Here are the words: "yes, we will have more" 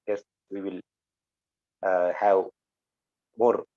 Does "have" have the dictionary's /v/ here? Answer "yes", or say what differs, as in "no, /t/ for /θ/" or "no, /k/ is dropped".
no, /w/ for /v/